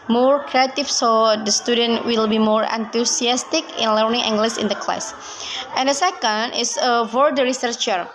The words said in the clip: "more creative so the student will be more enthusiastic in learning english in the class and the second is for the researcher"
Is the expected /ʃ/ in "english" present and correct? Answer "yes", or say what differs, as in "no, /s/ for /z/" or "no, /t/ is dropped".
no, /s/ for /ʃ/